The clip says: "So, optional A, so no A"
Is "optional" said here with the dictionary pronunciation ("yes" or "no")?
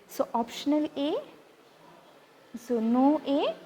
yes